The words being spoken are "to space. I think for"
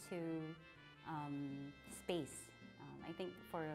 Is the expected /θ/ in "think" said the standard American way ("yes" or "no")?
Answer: yes